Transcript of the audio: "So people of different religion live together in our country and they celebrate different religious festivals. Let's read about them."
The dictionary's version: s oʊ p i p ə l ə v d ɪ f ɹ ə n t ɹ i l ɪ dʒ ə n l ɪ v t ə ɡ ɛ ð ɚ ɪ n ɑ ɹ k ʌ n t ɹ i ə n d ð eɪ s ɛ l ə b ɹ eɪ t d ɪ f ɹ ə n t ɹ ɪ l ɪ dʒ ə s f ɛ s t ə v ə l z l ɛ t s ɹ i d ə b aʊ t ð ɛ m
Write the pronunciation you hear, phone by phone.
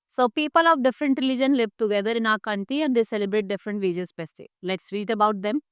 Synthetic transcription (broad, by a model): s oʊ p i p ə l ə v d ɪ f ɹ ə n t ɹ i l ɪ dʒ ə n l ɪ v t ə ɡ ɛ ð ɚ ɪ n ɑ k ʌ n t i ə n d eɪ s ɛ l ə b ɹ eɪ t d ɪ f ɹ ə n t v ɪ dʒ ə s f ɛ s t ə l l ɛ t s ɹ i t ə b aʊ t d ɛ m